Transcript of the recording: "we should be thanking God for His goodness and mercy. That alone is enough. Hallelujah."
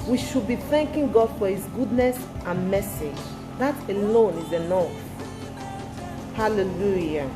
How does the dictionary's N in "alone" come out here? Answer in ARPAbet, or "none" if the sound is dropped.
N